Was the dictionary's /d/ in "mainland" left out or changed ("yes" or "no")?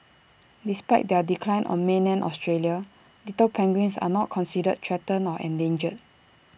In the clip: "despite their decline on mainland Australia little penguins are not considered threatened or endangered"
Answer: yes